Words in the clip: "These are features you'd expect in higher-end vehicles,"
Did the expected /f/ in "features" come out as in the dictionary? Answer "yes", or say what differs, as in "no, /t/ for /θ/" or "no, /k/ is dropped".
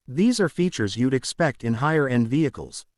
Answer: yes